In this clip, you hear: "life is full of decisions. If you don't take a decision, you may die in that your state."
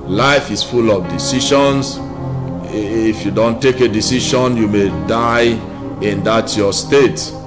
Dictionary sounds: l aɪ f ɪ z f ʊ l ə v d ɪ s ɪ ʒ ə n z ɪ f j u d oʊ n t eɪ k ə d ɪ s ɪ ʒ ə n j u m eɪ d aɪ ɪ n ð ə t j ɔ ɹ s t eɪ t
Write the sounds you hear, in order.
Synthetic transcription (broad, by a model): l aɪ f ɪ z f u l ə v d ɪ s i ʃ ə n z ɪ f j u d oʊ n t eɪ k ə d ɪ s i ʃ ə n j u m eɪ d aɪ ɪ n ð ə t j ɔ s t eɪ t